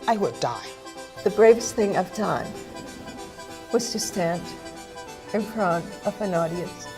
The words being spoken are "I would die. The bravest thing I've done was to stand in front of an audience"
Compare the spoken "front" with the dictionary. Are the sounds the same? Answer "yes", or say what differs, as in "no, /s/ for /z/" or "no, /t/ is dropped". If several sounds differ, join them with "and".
no, /t/ is dropped